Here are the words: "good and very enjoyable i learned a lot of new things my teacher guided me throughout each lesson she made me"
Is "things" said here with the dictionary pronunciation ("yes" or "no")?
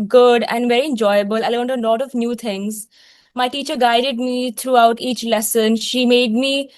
no